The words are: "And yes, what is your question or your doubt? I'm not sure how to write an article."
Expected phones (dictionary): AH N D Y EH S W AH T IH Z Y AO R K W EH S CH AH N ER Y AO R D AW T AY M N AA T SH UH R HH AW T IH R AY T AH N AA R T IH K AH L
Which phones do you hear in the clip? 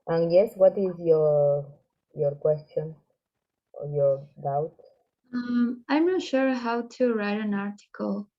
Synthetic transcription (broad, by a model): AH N Y EH S W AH T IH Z Y AO R K W EH S CH AH N Y AO R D AW T AY M N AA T SH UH R HH AW T IH R AY T AH N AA R T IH K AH L